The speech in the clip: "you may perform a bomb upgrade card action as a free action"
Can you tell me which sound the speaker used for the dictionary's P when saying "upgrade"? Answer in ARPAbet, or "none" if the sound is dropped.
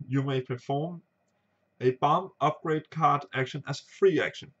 P